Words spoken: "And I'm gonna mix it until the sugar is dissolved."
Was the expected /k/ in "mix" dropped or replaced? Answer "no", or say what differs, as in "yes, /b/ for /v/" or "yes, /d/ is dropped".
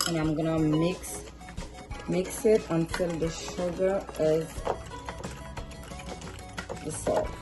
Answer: no